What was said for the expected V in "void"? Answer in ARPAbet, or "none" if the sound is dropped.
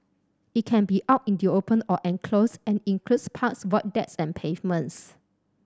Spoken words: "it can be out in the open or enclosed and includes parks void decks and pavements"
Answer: W